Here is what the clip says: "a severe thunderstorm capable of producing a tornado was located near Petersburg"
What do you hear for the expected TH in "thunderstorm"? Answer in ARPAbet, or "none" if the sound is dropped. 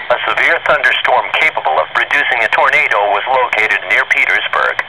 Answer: TH